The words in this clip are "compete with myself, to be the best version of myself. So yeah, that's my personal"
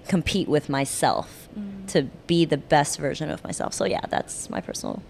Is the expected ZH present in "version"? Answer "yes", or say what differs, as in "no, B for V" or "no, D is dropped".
yes